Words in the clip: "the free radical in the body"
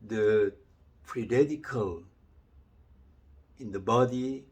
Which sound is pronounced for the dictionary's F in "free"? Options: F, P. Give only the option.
P